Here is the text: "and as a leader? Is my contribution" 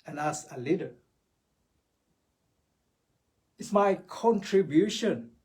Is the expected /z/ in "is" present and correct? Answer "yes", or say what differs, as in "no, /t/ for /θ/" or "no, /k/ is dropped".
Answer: no, /s/ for /z/